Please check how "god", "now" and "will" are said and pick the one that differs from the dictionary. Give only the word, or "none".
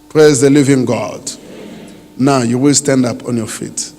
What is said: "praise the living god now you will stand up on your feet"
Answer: none